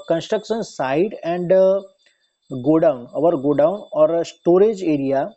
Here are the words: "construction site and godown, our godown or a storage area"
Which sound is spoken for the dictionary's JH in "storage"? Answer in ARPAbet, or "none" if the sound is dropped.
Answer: JH